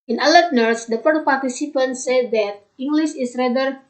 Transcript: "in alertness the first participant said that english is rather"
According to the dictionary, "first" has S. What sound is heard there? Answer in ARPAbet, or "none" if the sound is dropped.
none